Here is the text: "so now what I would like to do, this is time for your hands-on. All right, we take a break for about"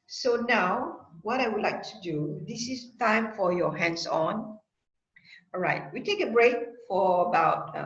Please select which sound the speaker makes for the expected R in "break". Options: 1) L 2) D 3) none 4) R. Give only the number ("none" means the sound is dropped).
4